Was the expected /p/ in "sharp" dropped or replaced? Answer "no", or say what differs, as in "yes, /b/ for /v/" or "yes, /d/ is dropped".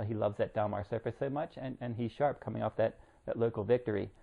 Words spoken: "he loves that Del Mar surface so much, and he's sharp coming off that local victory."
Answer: no